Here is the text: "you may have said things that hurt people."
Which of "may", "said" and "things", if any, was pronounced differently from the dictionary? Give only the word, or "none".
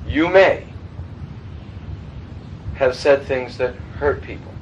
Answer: none